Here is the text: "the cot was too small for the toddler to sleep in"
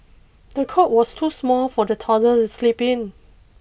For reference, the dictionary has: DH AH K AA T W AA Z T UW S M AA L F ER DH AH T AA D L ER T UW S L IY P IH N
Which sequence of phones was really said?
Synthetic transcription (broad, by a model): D AH K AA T W AA S T UW S M AA L F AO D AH T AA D ER T UW S L IY P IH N